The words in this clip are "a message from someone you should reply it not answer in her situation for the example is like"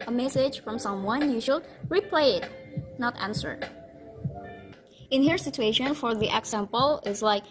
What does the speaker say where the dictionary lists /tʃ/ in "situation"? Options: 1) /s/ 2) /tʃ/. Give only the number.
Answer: 2